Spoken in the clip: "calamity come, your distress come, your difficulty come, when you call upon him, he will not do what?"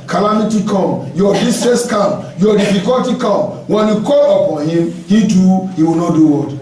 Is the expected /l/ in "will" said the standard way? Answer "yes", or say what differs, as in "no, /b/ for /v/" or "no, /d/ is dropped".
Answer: no, /w/ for /l/